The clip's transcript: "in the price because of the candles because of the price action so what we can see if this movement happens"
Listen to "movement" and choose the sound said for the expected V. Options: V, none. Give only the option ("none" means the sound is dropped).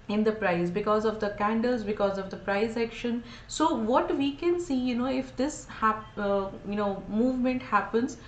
V